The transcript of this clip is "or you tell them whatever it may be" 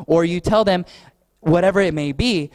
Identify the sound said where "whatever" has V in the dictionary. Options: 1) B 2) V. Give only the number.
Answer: 2